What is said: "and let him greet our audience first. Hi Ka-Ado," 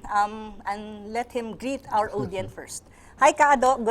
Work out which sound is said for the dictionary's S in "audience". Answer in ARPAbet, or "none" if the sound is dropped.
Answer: none